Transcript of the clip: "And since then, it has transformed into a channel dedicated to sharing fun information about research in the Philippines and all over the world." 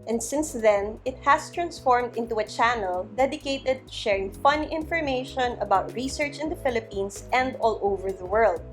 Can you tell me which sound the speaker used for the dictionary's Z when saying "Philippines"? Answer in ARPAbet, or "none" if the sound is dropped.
S